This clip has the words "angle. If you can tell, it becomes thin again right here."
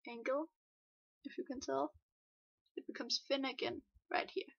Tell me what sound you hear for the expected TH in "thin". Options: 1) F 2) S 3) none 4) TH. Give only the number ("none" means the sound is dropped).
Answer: 1